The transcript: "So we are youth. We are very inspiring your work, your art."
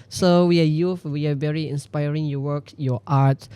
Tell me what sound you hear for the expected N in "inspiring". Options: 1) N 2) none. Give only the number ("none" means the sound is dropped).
1